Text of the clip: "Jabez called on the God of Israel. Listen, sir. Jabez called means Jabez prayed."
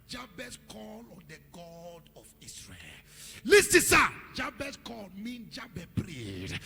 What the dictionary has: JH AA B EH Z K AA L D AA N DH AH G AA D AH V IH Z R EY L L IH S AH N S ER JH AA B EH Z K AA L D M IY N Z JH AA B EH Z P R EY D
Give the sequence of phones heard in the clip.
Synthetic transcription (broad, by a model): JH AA B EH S K AA L AA N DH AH G AA D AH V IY S R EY L L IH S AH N S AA JH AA B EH S K AA L M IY N JH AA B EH P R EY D